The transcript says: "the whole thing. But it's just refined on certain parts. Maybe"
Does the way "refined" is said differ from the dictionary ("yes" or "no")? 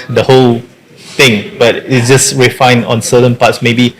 yes